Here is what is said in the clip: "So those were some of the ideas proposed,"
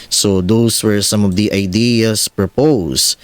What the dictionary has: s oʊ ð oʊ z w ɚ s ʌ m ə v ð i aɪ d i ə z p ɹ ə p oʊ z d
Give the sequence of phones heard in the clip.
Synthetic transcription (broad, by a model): s oʊ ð oʊ s w ɚ s ʌ m ə v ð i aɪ d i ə s p ɹ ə p oʊ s